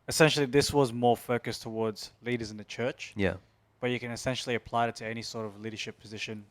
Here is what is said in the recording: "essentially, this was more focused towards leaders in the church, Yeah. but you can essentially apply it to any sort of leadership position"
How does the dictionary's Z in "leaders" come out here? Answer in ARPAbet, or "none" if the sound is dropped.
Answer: Z